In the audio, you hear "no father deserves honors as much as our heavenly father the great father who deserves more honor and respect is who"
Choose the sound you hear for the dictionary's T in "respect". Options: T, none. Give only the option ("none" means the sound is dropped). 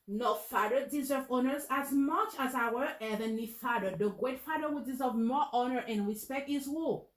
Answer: T